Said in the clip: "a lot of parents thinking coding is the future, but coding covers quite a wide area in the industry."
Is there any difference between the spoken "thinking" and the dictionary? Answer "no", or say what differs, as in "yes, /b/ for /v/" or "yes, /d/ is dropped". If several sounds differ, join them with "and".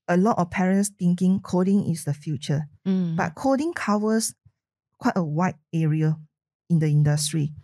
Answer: yes, /t/ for /θ/